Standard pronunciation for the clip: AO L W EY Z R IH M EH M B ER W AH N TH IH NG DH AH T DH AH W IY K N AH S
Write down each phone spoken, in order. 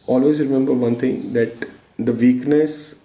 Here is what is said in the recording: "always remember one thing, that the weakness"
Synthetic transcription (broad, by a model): AO L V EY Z R IH M EH M B ER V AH N T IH NG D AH T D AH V IY K N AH S